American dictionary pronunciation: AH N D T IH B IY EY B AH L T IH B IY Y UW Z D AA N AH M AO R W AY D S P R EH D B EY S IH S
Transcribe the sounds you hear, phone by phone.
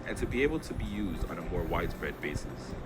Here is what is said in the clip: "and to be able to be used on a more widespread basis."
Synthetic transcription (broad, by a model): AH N T IH B IY EY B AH L T IH B IY Y UW Z D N AH M AO R W AY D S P R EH D B EY S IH S